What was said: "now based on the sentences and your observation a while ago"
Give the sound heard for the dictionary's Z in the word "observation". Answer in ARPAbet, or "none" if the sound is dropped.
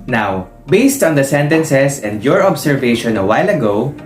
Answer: S